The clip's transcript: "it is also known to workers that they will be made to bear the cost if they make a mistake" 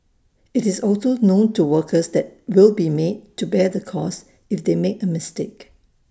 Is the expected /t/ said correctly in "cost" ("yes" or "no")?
no